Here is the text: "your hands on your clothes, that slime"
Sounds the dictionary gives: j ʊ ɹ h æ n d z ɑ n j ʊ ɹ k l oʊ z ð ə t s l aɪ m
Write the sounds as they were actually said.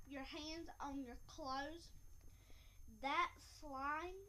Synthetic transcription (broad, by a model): j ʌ ɹ h æ n d z n j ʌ ɹ k l oʊ z ð ə t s l aɪ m